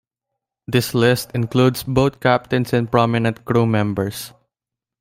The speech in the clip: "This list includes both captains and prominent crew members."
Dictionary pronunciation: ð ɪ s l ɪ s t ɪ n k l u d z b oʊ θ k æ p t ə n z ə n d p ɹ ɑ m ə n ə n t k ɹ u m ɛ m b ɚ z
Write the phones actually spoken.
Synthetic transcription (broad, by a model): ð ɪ s l ɪ s t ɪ n k l u d s b oʊ t k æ p t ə n s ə n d p ɹ ɑ m ə n ə n t k ɹ u m ɛ m b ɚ s